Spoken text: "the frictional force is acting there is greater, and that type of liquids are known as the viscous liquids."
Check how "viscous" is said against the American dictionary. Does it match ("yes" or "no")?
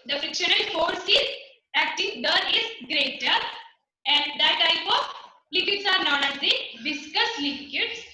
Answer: no